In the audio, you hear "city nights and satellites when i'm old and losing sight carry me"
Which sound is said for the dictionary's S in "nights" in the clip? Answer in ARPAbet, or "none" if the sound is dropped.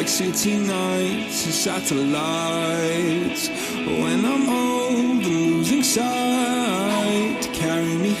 none